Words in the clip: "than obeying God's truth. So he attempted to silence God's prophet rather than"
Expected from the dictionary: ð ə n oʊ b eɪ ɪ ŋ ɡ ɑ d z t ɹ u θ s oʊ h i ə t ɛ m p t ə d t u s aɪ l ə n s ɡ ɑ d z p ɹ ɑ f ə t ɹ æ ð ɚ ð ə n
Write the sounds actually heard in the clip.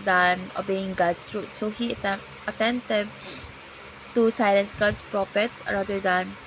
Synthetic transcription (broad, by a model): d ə n oʊ b eɪ ɪ ŋ ɡ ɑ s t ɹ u t s oʊ h i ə t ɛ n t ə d t u s aɪ l ə n s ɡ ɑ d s p ɹ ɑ p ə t ɹ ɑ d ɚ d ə n